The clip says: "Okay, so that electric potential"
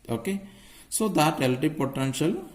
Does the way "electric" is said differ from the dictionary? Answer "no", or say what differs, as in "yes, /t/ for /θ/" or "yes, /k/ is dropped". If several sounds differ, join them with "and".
yes, /k/ is dropped and /ɹ/ is dropped